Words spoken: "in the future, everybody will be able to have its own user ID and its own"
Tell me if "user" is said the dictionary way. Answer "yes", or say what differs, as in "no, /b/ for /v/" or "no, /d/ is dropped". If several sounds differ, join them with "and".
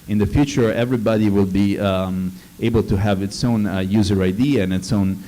yes